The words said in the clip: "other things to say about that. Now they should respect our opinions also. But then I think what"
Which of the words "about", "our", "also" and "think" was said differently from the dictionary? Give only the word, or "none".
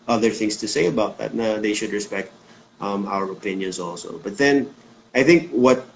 none